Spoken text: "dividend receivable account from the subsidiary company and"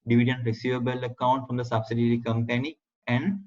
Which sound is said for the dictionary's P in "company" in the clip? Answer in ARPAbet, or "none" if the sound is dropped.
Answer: P